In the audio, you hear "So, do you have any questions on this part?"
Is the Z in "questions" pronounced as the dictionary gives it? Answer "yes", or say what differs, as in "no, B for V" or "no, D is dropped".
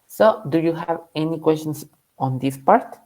no, S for Z